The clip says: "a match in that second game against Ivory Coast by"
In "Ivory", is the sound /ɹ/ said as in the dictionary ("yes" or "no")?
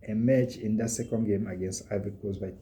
no